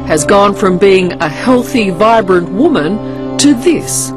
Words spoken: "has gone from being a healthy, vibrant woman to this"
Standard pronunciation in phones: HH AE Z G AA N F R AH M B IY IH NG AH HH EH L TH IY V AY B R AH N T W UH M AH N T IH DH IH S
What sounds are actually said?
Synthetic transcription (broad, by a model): HH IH Z G AA N F R AH M B IY IH NG AH HH EH L TH IY V AY B R AH N T W UH M AH N T IH DH IH S